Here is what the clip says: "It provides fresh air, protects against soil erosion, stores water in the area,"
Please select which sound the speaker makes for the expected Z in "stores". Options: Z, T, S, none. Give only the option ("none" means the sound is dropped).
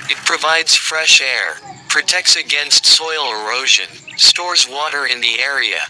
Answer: Z